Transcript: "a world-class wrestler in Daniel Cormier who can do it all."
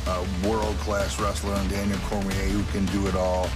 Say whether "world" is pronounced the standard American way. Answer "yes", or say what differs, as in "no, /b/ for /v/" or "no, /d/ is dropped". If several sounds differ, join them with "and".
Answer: yes